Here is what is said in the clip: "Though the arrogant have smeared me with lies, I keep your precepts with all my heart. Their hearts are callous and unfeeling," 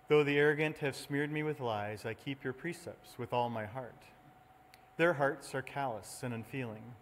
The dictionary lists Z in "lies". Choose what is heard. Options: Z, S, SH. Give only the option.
Z